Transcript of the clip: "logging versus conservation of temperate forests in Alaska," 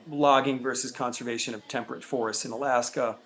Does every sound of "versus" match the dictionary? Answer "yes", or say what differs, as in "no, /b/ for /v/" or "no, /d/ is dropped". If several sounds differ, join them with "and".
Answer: yes